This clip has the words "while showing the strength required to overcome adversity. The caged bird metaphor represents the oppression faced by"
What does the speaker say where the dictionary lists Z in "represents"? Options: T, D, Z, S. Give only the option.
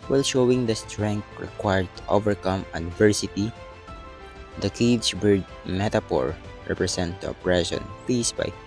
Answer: S